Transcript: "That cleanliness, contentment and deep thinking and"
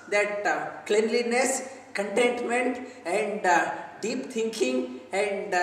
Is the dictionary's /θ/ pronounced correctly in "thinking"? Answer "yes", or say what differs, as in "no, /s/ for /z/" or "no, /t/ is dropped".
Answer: no, /t/ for /θ/